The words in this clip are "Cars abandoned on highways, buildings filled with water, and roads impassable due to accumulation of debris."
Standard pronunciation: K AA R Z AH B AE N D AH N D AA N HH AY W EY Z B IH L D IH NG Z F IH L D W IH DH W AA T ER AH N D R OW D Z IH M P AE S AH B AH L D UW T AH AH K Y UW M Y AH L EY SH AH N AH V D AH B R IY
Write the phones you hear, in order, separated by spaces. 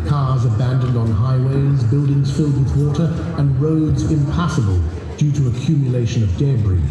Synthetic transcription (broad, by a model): K AA R Z AH B AE N D AH N D N HH AY W EY Z B IH L D IH NG Z F IH L D W IH DH W AA T ER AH N R OW D Z IH M P AE S AH B AH L D UW T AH AH K Y UW M Y AH L EY SH AH N AH V D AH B R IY